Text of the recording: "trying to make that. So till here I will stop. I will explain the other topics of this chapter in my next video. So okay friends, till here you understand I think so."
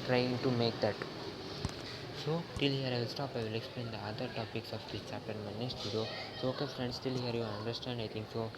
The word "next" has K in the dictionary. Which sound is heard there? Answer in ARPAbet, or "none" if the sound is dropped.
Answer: none